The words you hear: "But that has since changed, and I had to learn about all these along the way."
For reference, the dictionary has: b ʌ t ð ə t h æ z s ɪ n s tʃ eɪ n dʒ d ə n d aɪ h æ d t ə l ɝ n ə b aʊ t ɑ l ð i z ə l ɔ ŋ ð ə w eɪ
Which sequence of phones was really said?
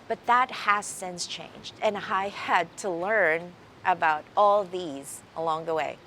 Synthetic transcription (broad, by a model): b ʌ t ð ə t h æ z s ɪ n s tʃ eɪ n dʒ d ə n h aɪ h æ d t ə l ɝ n ə b aʊ t ɑ l ð i z ə l ɔ ŋ ð ə w eɪ